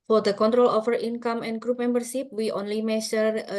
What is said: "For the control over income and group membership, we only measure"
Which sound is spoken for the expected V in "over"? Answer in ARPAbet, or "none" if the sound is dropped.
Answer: F